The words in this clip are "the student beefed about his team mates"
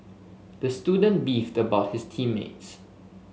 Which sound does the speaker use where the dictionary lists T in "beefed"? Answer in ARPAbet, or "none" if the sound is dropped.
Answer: T